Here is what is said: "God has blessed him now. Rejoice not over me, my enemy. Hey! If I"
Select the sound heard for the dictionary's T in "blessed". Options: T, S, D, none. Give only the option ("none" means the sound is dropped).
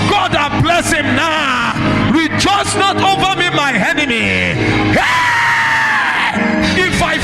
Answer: none